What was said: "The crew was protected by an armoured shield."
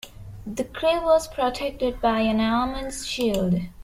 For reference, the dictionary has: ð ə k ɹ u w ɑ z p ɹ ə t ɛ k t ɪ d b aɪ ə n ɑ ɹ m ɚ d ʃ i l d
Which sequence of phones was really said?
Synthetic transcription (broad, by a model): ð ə k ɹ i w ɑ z p ɹ ə t ɛ k t ɪ d b aɪ ə n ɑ l m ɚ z ʃ i l d